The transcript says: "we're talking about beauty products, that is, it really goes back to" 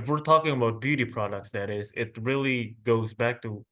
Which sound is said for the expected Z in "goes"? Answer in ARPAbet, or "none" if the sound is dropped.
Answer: Z